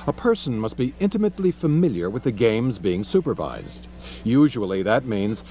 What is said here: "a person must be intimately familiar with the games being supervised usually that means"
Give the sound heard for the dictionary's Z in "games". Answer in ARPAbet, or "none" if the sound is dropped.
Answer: Z